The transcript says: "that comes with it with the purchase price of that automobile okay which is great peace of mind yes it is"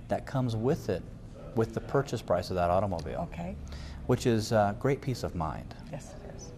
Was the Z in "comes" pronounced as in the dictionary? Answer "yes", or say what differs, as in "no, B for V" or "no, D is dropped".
yes